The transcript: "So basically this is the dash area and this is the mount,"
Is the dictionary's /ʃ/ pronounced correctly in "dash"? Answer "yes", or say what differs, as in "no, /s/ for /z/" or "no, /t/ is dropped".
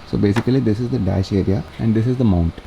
yes